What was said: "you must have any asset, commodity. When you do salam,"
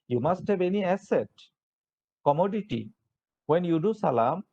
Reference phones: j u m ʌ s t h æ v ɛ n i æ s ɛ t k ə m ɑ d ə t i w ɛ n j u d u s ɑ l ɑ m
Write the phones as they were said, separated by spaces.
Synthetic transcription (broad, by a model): j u m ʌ s t h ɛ b ɛ n i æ s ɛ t k ə m ɑ d ə t i w ɛ n j u d u s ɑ l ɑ m